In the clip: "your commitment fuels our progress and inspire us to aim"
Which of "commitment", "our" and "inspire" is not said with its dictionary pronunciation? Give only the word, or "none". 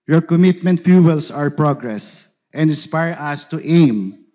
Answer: none